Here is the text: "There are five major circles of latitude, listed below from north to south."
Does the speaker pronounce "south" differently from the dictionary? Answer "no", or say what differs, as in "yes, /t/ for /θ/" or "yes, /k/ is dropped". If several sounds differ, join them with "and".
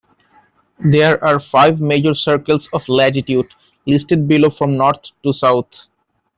yes, /t/ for /θ/